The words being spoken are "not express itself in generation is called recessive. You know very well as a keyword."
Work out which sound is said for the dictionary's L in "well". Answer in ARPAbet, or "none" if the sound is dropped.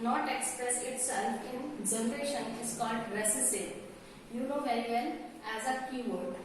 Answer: N